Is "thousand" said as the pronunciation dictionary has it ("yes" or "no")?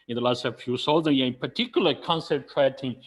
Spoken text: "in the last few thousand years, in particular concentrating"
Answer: no